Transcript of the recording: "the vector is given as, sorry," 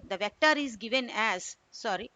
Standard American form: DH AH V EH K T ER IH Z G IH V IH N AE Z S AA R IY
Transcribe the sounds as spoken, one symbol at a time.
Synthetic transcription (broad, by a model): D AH V EH K T ER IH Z G IH V IH N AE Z S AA R IY